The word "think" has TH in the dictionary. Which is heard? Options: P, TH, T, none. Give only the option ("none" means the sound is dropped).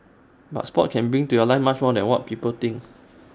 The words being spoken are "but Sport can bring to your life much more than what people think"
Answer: T